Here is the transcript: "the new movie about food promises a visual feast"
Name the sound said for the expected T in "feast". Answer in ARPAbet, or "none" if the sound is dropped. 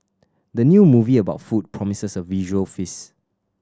none